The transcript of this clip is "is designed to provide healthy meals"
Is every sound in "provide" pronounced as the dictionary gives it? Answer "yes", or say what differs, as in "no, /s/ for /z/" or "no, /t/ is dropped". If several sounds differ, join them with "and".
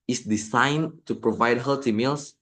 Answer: yes